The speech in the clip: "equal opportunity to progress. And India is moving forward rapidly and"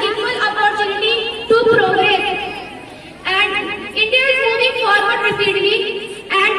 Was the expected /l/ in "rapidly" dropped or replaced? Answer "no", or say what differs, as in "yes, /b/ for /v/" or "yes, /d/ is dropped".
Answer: yes, /l/ is dropped